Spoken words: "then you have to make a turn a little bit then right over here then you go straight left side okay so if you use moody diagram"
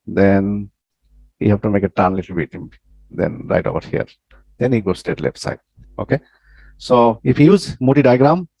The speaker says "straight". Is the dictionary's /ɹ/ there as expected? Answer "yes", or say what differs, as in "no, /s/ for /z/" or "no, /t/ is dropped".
no, /ɹ/ is dropped